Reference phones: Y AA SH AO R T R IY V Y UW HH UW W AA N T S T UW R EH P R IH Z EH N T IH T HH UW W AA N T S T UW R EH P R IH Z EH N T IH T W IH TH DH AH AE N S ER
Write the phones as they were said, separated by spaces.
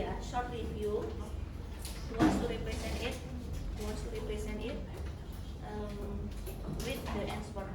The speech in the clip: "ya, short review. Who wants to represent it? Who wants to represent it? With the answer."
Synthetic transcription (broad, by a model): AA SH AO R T L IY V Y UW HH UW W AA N S T UW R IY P R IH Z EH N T IH T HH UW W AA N S T UW R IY P R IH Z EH N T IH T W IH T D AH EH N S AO